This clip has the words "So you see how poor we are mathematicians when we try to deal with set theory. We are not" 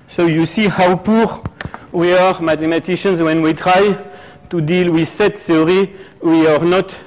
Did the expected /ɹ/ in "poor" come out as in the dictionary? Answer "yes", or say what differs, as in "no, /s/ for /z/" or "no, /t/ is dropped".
yes